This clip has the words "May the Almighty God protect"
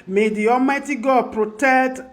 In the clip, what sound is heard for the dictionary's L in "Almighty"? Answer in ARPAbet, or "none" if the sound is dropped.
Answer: none